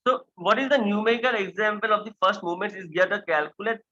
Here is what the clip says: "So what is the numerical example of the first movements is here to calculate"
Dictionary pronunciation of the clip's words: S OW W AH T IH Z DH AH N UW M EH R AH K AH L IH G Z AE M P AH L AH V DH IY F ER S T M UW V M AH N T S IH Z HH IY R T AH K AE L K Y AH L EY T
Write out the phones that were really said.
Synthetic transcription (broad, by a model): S OW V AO T IH Z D AH N UW M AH K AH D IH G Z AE M P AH L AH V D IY F ER S T M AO M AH N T IH Z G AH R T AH K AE L K Y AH L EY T